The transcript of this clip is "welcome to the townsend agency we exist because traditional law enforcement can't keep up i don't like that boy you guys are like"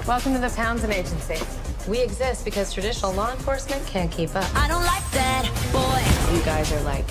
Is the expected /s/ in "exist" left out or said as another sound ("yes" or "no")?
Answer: no